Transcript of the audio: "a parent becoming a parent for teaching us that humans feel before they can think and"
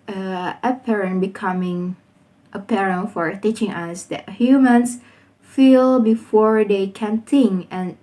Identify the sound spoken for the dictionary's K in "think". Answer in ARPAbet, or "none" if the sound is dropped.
none